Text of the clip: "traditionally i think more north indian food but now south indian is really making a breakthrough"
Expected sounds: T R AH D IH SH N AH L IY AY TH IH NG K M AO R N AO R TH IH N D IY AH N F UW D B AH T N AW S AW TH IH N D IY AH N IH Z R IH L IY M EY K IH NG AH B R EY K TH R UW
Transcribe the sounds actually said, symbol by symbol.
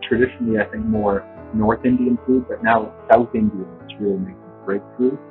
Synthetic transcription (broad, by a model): T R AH D IH SH N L IY AY TH IH NG K M AO R N AO R TH IH N D IY AH N F UW D B AH T N AW S AW TH IH N D IY AH N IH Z R IH L IY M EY IH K AH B R EY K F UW